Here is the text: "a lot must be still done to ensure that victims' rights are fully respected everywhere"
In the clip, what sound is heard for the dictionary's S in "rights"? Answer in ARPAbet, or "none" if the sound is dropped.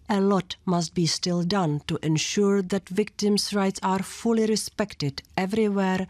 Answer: S